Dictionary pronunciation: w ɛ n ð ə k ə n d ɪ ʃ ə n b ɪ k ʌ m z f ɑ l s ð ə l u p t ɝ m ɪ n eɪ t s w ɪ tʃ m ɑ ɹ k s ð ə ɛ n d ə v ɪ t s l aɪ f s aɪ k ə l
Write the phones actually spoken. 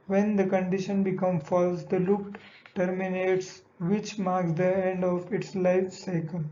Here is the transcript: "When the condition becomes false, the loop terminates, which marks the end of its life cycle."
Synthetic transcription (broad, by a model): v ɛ n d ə k ə n d ɪ ʃ ə n b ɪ k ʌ m f ɑ l s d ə l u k t ɝ m ɪ n eɪ t s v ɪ tʃ m ɑ ɹ k s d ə ɛ n d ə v ɪ t s l aɪ f s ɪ k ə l